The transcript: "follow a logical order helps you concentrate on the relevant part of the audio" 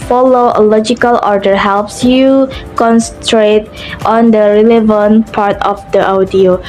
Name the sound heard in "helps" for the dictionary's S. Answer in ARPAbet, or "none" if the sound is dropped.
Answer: S